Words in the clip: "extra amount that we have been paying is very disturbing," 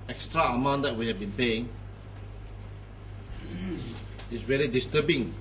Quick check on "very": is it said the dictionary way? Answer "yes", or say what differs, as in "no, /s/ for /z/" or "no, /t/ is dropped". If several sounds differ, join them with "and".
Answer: no, /l/ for /ɹ/